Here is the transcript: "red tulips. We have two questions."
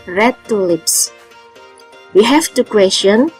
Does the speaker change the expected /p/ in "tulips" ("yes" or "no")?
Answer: no